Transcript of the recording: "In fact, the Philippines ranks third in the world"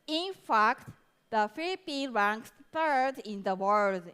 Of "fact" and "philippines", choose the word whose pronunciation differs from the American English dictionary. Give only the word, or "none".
philippines